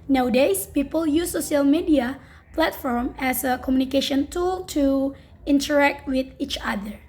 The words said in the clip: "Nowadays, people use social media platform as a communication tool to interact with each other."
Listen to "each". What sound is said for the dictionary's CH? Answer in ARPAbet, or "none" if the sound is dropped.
CH